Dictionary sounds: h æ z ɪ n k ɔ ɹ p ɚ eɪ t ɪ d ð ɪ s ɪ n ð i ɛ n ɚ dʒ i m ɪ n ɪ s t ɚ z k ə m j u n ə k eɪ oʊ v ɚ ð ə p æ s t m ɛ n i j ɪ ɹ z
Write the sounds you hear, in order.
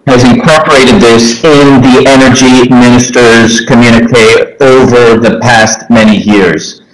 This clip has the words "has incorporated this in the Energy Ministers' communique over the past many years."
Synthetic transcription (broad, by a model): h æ z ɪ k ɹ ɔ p ɚ eɪ t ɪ d ð ɪ s ɪ n ð i ɛ n ɚ dʒ i m ɪ n ɪ s t ɚ z k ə m j u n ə k eɪ oʊ v ɚ ð ə p æ s t m ɛ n i j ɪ ɹ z